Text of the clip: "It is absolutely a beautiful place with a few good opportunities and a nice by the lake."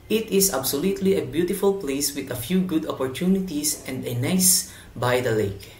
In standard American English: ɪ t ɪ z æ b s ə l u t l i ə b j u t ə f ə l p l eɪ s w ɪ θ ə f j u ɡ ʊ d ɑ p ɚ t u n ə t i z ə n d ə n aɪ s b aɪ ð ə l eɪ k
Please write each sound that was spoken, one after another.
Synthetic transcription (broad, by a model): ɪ t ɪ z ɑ b s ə l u t l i ə b j u t ə f ə l p l eɪ s w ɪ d ə f j u ɡ ʊ d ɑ p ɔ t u n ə t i s ə n d ə n aɪ s b aɪ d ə l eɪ k